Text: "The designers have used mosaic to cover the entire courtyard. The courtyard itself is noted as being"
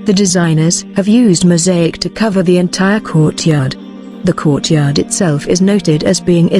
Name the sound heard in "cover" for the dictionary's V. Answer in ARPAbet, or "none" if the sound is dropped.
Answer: V